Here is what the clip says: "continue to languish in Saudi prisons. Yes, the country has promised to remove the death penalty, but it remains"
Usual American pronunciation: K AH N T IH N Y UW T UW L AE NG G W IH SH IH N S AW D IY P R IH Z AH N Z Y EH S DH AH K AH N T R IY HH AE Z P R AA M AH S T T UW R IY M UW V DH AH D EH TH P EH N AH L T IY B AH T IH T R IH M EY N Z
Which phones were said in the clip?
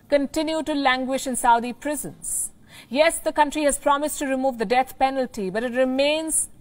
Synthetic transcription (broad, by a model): K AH N T IH N Y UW T UW L AE NG G W IH SH IH N S AW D IY P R IH Z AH N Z Y EH S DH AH K AH N T R IY HH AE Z P R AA M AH S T T UW R IY M UW V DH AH D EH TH P EH N AH L T IY B AH T IH T R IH M EY N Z